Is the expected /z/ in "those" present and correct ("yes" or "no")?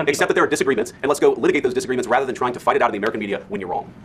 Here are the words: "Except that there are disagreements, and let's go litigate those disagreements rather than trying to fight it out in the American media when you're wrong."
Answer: yes